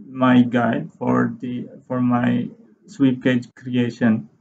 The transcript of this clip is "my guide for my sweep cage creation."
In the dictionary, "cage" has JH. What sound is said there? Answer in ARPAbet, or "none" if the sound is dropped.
JH